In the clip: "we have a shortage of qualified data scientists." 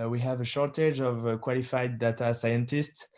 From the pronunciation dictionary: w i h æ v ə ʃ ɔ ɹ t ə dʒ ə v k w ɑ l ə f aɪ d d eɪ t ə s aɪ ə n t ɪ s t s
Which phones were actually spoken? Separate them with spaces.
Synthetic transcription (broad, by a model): w i h æ v ə ʃ ɔ ɹ t ə dʒ ə v k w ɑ l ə f aɪ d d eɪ t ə s aɪ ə n t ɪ s t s